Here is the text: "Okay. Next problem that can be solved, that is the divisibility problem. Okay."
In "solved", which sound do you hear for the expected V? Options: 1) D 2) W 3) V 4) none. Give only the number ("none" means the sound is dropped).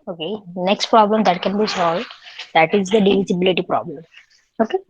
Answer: 3